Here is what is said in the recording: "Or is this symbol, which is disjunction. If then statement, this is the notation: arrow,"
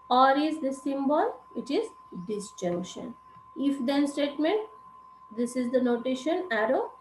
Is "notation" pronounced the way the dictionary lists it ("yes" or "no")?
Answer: yes